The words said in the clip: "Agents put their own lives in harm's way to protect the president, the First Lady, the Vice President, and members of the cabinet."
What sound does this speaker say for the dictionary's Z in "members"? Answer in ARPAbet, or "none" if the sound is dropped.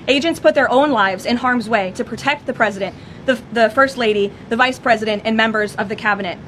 Z